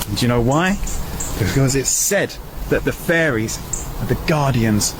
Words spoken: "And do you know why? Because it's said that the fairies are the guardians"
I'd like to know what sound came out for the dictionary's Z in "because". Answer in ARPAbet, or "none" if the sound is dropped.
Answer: Z